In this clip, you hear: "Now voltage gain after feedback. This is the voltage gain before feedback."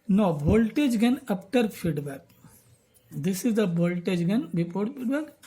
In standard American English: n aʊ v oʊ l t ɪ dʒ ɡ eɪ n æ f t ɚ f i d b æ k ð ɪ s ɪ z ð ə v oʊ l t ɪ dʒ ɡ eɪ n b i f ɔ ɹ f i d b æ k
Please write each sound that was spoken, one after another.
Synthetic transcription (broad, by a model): n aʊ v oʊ l t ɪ dʒ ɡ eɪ n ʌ p t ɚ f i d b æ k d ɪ s ɪ z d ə b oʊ l t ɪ dʒ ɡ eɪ n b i p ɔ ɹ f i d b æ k